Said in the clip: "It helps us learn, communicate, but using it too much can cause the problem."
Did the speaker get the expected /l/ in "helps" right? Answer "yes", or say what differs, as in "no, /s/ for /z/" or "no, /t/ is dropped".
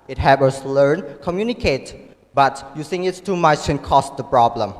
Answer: no, /l/ is dropped